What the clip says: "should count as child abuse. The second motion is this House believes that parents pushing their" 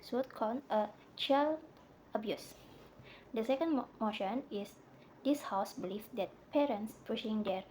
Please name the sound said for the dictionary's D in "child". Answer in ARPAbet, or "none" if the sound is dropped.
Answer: none